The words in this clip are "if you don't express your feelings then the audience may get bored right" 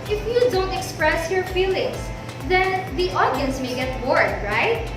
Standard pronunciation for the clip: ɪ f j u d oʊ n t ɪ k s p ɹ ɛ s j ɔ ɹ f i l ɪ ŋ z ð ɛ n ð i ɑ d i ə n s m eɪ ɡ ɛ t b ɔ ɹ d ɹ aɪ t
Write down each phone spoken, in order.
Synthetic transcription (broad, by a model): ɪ f j u d oʊ n t ɪ k s p ɹ ɛ s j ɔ ɹ f i l ɪ ŋ s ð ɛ n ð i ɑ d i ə n s m eɪ ɡ ɛ t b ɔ ɹ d ɹ aɪ t